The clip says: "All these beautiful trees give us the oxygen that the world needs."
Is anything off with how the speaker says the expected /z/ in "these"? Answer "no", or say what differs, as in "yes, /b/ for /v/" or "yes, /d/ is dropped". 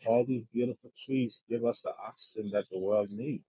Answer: no